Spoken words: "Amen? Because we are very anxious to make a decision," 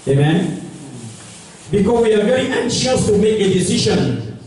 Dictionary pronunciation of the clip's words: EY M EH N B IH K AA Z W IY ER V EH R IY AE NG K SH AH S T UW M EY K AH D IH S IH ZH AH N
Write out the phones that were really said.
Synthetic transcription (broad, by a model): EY M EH N B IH K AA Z W IY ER V EH R IY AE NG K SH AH S T UW M EY K AH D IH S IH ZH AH N